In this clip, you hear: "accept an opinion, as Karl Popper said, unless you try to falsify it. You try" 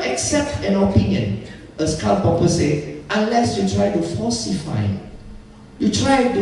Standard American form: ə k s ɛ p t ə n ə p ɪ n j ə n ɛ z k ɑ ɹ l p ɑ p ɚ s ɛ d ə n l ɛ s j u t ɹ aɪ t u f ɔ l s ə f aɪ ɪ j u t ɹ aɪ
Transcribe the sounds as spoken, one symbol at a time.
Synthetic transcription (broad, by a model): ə k s ɛ p t ə n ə p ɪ n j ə n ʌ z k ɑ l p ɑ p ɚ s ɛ ə n l ɛ s j u t ɹ aɪ t u f ɔ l s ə f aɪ ɪ j u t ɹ aɪ